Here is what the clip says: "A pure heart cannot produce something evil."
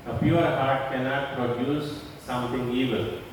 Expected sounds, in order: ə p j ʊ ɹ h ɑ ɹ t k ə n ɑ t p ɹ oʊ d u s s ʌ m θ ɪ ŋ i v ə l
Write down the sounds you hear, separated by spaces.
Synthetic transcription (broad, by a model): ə p j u ɹ h ɑ ɹ t k ə n ɑ t p ɹ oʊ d u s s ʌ m t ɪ ŋ i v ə l